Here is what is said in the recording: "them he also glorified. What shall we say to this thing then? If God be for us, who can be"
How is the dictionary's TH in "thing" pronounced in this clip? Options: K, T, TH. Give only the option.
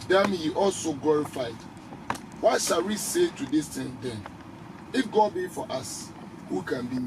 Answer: T